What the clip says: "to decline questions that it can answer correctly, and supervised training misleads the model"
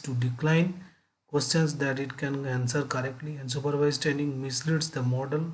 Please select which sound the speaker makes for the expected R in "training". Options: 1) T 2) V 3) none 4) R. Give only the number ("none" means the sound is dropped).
3